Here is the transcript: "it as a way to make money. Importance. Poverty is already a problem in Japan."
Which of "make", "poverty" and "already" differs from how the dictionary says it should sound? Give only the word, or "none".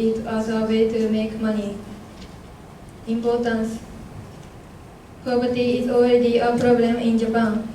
poverty